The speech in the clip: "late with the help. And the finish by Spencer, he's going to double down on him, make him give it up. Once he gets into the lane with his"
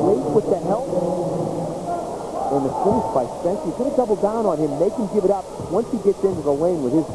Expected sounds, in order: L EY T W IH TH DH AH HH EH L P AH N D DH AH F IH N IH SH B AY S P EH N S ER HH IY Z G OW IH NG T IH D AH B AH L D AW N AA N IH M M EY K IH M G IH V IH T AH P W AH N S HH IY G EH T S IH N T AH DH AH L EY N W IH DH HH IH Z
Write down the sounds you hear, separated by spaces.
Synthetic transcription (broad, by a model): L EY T W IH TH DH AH HH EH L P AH N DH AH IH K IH S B AY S EH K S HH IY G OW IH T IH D AH B L D AW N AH N IH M M EY K IH M G IH V IH T AH P W AH N S HH IY G EH T S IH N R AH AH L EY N W IH DH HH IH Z